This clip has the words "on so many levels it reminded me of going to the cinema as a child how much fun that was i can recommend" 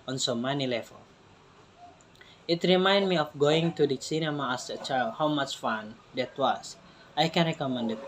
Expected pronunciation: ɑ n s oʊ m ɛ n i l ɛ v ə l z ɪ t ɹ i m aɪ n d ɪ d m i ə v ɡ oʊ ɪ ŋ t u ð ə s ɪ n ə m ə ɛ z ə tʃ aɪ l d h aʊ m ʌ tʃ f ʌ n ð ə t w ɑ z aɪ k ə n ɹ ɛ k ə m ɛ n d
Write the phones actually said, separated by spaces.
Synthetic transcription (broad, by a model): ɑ n s oʊ m ɛ n i l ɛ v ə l ɪ t ɹ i m aɪ n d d m i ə f ɡ oʊ ɪ ŋ t u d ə s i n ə m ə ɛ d ə tʃ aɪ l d h aʊ m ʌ tʃ f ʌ n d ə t w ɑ s aɪ k ə n ɹ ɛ k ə m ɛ n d